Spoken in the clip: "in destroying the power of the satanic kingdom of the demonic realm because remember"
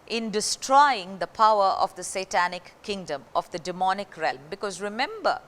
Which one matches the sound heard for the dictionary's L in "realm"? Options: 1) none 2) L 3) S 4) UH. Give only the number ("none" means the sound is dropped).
2